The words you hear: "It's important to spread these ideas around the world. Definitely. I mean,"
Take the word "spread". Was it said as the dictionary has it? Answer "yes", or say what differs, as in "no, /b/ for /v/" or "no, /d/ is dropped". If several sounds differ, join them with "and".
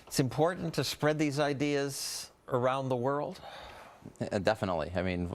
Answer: yes